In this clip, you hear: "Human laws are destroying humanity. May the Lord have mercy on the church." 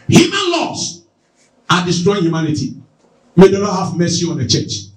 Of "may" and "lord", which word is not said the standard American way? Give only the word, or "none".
lord